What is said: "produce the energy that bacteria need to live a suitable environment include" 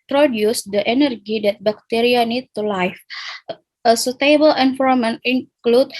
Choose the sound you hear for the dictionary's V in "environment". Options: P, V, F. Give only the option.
F